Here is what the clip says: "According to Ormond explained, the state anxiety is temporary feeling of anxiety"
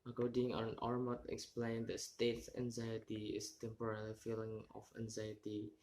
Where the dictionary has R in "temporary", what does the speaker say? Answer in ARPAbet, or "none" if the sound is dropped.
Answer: L